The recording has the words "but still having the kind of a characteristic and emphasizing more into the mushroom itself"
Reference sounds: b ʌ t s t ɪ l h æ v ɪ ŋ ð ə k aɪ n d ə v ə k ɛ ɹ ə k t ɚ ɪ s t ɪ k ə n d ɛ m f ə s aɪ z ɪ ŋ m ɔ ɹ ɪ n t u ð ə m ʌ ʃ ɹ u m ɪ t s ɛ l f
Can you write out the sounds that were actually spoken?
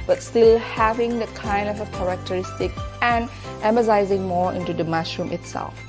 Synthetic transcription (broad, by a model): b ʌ t s t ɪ l h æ v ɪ ŋ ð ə k aɪ n d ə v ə k ɛ ɹ ə k t ɚ ɪ s t ɪ k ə n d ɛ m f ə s aɪ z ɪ ŋ m ɔ ɹ ɪ n t u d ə m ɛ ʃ ɹ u m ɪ t s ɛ l f